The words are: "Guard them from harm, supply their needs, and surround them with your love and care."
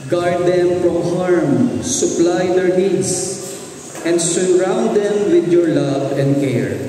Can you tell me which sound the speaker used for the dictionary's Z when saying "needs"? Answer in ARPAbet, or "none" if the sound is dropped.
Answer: S